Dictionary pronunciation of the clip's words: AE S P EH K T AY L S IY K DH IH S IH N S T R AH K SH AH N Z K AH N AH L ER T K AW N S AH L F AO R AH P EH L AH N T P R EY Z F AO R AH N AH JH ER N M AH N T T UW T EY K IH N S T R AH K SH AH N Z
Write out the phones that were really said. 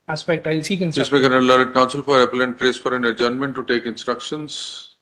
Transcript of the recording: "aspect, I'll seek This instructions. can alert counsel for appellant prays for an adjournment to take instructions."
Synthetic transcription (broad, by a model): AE S P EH K T AY L S IY K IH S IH S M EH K AH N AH L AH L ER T K AW N S AH L F AO R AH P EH L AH N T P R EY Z F AO R AH N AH JH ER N M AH N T T UW T EY K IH N S T R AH K SH AH N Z